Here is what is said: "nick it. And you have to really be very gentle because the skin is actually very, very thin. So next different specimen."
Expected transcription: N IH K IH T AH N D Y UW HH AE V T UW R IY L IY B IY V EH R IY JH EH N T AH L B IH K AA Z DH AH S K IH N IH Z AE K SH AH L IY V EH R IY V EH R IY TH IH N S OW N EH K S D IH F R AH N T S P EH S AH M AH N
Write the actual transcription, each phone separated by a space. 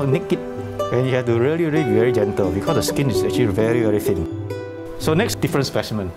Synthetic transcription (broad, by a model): N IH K IH T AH N Y UW HH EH F T UW R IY L IY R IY V EH R IY JH EH N T AH L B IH K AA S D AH S K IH N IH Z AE K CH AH L IY V EH R IY V EH R IY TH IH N S OW N EH K S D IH F R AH N S P EH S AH M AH N